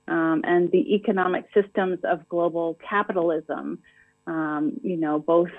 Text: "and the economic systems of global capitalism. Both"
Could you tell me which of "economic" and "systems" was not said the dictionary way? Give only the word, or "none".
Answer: none